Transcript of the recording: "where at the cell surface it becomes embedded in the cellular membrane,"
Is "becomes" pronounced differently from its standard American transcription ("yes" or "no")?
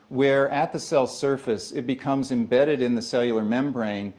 no